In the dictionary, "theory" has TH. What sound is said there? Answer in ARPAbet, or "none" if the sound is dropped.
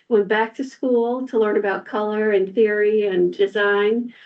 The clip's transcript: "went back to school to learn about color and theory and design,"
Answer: TH